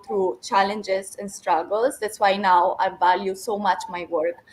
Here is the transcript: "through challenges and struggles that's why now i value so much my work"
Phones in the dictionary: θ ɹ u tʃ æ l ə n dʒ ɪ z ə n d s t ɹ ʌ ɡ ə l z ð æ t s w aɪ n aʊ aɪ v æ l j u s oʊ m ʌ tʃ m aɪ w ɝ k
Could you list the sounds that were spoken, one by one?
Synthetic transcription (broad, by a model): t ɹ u tʃ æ l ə n dʒ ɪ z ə n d s t ɹ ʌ ɡ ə l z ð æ t s w aɪ n aʊ aɪ v æ l j u s oʊ m ʌ tʃ m aɪ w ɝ k